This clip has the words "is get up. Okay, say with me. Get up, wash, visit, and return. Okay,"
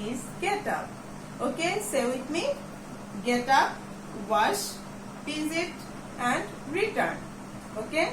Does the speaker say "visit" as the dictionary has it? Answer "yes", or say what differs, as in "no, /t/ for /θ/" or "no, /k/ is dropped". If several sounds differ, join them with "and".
no, /p/ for /v/